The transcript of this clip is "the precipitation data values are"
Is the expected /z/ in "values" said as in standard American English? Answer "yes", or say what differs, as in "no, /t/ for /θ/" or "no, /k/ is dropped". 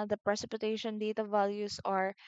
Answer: no, /s/ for /z/